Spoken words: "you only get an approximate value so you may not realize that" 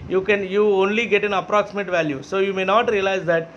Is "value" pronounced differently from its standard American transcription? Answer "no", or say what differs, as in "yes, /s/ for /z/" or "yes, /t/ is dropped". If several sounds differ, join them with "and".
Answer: no